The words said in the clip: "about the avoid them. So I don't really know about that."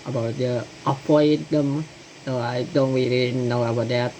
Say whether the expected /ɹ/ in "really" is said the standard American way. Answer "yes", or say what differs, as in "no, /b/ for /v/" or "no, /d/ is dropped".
no, /w/ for /ɹ/